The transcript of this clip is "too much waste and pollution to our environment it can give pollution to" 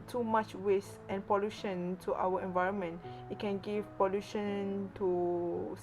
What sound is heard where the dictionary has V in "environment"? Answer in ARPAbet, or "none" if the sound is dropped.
V